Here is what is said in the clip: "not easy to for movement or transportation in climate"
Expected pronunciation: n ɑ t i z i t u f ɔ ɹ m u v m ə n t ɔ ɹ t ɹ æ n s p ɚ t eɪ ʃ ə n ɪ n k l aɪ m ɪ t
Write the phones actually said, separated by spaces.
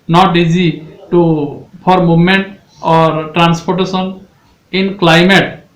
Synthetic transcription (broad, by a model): n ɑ t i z i t u p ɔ ɹ m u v m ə n t ɔ ɹ t ɹ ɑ n s p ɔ t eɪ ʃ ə n ɪ n k l aɪ m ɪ t